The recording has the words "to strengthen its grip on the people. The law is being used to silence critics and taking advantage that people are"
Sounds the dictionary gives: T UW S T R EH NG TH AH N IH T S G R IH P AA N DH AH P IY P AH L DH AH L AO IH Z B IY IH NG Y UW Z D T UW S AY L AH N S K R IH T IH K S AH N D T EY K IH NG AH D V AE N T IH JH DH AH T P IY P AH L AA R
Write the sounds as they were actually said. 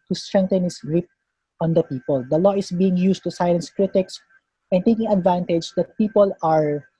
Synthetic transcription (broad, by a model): T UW S T R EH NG T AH N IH S G R IH P AA N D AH P IY P AH L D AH L AO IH S B IY IH NG Y UW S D T UW S AY AH N S K R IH T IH K S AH N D T EY K IH NG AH D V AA N T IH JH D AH T P IY P AH L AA R